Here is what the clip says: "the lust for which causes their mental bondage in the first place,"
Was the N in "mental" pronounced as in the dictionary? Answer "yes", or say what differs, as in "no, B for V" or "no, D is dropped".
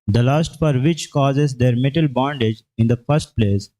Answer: no, N is dropped